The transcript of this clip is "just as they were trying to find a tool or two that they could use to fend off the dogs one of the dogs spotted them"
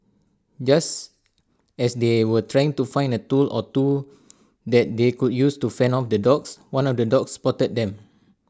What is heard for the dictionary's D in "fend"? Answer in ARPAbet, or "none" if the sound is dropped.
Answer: none